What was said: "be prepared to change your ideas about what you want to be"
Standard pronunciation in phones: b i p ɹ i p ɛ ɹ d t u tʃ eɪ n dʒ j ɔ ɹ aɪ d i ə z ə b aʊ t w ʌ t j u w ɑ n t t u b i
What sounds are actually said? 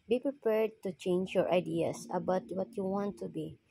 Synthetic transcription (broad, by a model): b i p ɹ i p ɛ ɹ d t u tʃ eɪ n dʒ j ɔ ɹ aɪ d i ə s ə b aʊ t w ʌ t j u w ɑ n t t u b i